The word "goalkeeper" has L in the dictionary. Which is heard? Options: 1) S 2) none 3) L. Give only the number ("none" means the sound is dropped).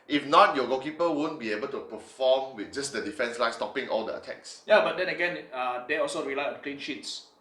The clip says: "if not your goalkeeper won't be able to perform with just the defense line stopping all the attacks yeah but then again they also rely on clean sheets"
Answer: 2